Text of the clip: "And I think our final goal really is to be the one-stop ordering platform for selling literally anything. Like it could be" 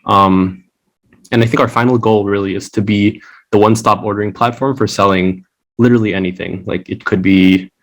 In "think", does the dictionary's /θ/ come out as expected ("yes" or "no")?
yes